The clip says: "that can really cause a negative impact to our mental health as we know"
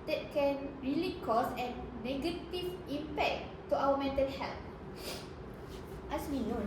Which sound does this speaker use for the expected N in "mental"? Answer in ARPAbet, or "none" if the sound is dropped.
N